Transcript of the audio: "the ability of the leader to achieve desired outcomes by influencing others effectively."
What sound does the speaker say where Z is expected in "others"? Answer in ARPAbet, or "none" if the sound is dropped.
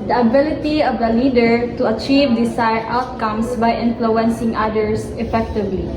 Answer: S